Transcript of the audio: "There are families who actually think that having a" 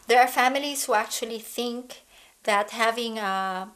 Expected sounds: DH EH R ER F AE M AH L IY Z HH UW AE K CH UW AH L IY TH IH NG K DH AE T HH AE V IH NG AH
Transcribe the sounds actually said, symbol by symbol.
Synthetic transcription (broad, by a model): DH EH R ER F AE M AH L IY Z HH UW AE K CH UW AH L IY TH IH NG K DH AE T HH AE V IH NG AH